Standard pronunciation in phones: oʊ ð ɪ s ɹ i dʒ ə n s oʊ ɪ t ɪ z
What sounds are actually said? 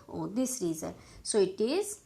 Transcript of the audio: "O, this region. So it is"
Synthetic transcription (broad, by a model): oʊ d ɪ s ɹ i z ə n s oʊ ɪ t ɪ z